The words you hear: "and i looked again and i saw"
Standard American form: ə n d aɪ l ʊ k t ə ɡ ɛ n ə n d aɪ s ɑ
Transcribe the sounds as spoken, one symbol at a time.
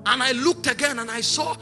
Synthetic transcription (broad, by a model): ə n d aɪ l ʊ k t ə ɡ ɛ n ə n aɪ s ɑ